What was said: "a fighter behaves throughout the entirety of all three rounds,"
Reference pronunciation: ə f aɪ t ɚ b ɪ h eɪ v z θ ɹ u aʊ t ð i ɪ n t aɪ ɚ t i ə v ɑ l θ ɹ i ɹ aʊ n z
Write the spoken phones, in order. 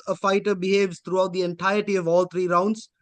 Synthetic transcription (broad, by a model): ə f aɪ t ɚ b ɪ h eɪ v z t ɹ u aʊ t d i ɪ n t aɪ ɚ t i ə v ɑ l t ɹ i ɹ aʊ n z